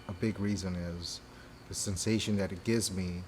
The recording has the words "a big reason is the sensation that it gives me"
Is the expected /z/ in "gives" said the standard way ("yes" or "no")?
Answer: yes